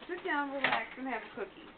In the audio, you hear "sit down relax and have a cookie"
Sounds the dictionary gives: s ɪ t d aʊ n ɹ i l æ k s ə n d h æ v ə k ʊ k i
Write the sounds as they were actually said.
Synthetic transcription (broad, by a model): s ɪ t d aʊ n w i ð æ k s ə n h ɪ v ə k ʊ k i